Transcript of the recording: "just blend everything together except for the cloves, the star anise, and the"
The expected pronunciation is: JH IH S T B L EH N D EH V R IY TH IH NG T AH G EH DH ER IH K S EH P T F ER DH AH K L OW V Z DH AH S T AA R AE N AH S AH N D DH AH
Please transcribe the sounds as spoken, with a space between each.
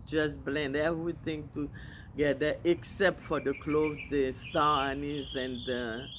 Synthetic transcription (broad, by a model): JH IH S B L EH N D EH V R IY T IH NG T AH G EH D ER IH K S EH P T F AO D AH K L OW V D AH S T AA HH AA N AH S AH N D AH